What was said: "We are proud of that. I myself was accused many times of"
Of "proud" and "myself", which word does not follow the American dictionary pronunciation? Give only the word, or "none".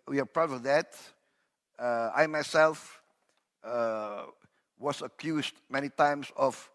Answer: proud